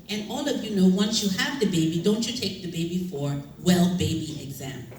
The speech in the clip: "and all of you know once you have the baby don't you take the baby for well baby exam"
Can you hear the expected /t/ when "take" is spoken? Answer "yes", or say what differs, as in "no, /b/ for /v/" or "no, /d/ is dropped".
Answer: yes